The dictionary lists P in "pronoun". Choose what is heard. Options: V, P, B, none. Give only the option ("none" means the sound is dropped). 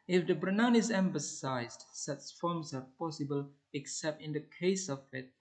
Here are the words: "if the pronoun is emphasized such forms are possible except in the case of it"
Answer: B